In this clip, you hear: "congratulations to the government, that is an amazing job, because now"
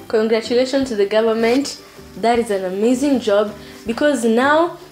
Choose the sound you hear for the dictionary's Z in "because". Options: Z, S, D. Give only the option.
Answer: Z